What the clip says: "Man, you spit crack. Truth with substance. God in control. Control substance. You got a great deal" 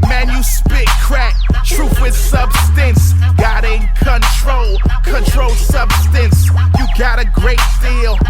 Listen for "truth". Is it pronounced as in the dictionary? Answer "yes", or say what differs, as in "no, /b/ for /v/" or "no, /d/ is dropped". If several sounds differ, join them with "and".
no, /f/ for /θ/